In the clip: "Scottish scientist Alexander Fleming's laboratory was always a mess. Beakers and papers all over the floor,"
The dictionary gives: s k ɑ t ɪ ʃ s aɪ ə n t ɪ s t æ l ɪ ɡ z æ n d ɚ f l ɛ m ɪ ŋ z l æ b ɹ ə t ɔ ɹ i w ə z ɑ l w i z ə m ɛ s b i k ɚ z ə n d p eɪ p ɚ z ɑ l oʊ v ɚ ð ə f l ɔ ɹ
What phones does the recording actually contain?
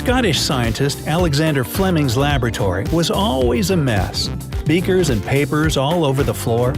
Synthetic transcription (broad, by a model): k ɑ t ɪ ʃ s aɪ ə n t ɪ s t æ l ɪ ɡ z æ n d ɚ f l ɛ m ɪ ŋ z l æ b ɹ ə t ɔ ɹ i w ə z ɑ l w i z ə m ɛ s b i k ɚ z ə n p eɪ p ɚ z ɑ l oʊ v ɚ ð ə f l ɔ ɹ